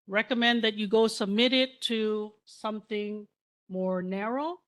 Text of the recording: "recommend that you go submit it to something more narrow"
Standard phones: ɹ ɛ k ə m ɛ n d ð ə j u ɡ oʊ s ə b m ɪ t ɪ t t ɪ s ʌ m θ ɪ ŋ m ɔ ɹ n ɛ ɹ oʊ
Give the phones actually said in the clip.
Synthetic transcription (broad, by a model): ɹ ɛ k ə m ɛ n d ð ə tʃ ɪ ɡ oʊ s ə b m ɪ t ɪ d t ɪ s ʌ m θ ɪ ŋ m ɔ ɹ n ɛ ɹ oʊ